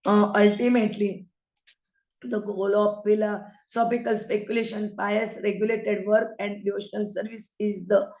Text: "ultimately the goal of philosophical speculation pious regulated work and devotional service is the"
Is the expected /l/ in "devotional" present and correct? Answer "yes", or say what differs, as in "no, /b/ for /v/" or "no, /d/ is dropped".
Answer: yes